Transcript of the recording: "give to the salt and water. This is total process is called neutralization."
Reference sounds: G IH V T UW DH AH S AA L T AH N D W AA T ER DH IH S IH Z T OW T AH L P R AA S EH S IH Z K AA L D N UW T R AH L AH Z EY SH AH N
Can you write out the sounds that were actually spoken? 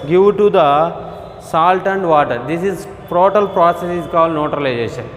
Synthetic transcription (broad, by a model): G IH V T UW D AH S AA L T AH N D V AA T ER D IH S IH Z T OW T AH L P R AA S EH S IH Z K AA L D N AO T R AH L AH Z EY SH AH N